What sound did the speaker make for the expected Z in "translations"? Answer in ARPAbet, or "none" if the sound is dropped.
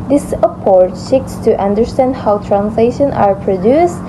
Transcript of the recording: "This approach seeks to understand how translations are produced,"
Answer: none